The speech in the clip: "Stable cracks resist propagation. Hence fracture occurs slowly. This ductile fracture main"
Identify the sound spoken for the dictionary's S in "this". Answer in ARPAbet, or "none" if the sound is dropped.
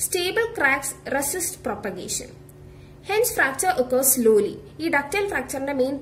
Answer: none